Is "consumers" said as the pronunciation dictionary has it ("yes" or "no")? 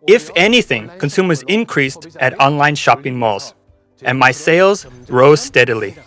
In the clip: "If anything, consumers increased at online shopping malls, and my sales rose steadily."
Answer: yes